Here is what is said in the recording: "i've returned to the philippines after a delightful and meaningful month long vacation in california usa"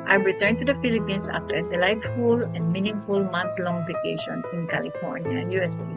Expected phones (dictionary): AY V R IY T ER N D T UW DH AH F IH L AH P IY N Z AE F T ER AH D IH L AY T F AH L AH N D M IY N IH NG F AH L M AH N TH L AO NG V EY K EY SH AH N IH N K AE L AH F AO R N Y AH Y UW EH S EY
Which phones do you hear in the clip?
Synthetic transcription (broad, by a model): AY R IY T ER N T UW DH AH F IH L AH P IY N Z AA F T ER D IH L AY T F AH L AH N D M IY N IH NG F AH L M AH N T L AO NG V EY K EY SH AH N IH N K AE L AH F AO R N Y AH Y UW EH S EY